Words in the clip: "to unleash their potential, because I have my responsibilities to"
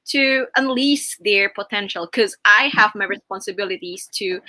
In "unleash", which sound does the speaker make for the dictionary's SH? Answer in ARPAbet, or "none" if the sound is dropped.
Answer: S